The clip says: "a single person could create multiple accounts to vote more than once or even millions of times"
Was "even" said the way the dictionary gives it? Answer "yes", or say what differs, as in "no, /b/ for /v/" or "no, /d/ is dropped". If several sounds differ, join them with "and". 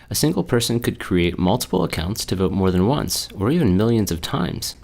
yes